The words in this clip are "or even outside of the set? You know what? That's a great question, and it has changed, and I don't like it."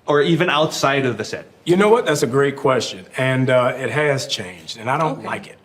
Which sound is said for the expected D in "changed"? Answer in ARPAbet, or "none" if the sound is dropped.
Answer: D